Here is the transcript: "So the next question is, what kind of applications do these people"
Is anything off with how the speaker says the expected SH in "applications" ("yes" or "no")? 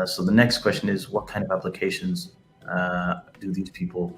no